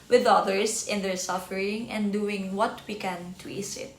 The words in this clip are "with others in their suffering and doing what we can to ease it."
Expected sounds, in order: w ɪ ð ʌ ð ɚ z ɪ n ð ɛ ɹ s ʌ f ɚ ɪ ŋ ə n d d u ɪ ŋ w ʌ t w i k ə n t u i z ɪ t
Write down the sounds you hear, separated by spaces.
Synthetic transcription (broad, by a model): w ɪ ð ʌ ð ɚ s ɪ n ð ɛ ɹ s ʌ f ɚ ɪ ŋ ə n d d u ɪ ŋ w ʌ t w i k ə n t u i s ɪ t